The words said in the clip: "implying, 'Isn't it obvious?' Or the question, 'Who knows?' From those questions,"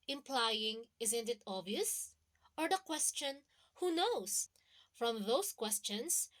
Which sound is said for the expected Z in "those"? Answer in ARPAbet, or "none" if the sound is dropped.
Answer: S